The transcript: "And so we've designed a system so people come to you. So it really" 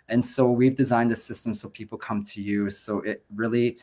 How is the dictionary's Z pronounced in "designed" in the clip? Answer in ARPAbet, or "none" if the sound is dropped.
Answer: Z